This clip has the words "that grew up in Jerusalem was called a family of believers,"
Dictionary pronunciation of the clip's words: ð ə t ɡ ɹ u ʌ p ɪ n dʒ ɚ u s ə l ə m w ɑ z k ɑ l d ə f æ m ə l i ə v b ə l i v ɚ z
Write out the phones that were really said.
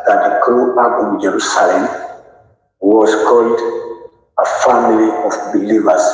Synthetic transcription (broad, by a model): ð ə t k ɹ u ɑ b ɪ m dʒ ɚ u s ə l ə m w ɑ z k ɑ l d ə f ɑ m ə l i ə f b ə l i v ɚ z